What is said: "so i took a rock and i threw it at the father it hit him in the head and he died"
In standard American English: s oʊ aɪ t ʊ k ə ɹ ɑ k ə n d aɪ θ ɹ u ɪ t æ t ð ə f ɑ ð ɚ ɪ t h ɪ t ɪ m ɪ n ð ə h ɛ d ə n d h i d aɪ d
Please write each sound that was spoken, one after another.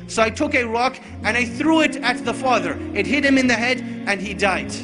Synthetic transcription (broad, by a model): s oʊ aɪ t ʊ k ə ɹ ɑ k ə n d aɪ θ ɹ u ɪ t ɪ t ð ə f ɑ ð ɚ ɪ t h ɪ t ɪ m ɪ n ð ə h ɛ d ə n i d aɪ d